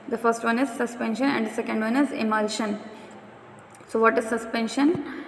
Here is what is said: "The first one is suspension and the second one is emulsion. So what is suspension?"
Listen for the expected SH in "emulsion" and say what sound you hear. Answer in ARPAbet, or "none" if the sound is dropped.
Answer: SH